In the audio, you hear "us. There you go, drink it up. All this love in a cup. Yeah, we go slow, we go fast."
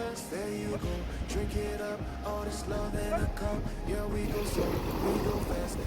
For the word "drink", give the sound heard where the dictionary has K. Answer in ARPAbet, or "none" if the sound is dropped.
K